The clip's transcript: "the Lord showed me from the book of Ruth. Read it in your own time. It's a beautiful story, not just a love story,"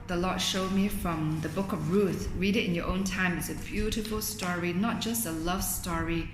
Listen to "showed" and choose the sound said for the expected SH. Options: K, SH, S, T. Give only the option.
SH